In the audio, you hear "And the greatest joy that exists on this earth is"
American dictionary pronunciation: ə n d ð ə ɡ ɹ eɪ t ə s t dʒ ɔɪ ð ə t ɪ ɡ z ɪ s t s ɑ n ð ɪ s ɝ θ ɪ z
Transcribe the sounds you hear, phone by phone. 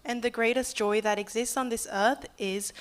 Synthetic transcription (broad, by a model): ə n ð ə ɡ ɹ eɪ t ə s dʒ ɔɪ ð ə t ɪ ɡ z ɪ s t s n ð ɪ s ɝ θ ɪ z